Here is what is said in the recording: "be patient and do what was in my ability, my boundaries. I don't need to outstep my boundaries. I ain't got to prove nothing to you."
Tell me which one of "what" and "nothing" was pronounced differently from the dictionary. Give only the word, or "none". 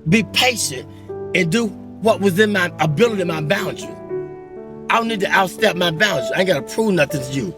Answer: none